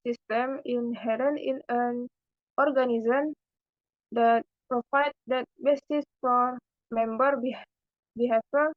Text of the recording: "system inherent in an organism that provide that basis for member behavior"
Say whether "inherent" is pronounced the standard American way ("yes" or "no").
no